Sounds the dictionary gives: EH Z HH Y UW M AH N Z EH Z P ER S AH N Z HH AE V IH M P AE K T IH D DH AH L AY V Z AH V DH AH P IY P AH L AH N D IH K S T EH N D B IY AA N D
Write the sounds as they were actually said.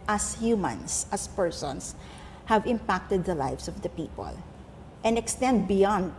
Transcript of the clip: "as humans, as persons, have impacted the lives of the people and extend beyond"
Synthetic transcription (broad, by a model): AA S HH Y UW M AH N S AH S P ER S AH N S HH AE V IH M P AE K T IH D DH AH L AY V S AH V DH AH P IY P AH L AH N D IH K S T EH N D B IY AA N D